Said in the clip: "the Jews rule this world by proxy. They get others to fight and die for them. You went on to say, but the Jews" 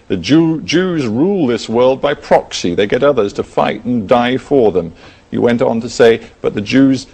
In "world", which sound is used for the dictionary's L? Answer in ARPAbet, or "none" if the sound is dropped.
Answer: L